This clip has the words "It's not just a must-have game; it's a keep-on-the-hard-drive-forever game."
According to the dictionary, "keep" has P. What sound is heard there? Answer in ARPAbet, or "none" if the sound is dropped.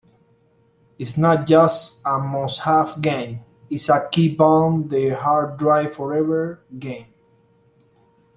B